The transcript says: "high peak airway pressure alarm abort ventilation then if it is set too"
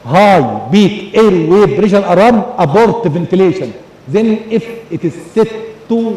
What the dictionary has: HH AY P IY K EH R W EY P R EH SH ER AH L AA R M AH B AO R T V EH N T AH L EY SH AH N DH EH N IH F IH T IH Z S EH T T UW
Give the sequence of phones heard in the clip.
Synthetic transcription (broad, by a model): HH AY B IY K EH R W EY B R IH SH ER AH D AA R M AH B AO R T V EH N T AH L EY SH AH N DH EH N IH F IH T IH Z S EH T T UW